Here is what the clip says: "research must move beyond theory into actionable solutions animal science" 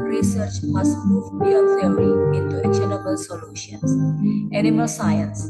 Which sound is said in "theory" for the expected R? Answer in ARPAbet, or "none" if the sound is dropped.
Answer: none